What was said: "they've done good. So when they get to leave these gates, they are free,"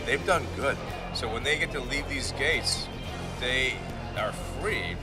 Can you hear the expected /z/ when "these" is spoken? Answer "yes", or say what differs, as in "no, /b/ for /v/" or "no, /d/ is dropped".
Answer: yes